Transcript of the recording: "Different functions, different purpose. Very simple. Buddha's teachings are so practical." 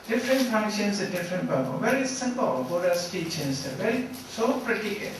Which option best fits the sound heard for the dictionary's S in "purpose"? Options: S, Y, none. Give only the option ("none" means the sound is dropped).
none